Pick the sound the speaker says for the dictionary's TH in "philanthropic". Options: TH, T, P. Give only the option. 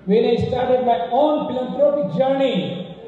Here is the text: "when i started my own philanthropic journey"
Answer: T